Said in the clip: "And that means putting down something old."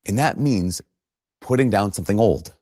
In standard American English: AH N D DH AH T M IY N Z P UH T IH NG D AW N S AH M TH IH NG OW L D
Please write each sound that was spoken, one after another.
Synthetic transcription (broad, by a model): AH N DH AH T M IY N Z P UH T IH NG D AW N S AH M TH IH NG OW L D